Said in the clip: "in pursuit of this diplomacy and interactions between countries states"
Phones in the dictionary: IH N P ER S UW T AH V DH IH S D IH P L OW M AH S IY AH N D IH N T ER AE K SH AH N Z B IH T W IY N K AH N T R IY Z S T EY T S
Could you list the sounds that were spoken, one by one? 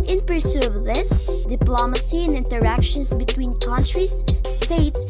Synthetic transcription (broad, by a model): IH N P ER S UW AH V DH IH S D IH P L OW M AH S IY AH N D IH N T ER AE K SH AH N S B IH T W IY N K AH N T R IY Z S T EY T S